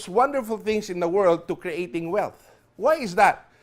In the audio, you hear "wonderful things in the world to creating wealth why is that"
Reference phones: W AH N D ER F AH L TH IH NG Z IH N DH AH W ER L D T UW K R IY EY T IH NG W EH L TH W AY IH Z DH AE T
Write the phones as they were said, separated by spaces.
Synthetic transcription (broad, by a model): W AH N D ER F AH L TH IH NG S IH N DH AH W ER L D T UW K R IY EY T IH NG W EH L TH W AY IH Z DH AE T